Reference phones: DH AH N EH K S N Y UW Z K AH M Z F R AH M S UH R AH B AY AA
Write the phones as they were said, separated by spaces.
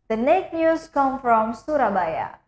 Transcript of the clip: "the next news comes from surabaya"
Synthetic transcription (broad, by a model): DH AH N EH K N Y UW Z K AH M F R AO M S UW R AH B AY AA